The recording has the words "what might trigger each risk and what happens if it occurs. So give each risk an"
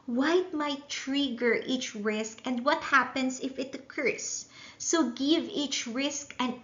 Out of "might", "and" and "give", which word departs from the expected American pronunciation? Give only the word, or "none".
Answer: none